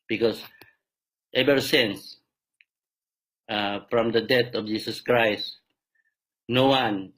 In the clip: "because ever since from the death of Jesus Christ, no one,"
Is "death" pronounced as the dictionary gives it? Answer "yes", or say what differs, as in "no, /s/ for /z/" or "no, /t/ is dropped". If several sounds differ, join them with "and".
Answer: no, /t/ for /θ/